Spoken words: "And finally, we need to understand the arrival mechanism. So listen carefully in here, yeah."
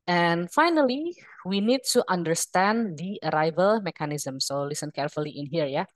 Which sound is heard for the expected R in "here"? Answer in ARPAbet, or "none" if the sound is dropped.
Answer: R